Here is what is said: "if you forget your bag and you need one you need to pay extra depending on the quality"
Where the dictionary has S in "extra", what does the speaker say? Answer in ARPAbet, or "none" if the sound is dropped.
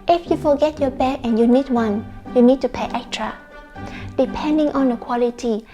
none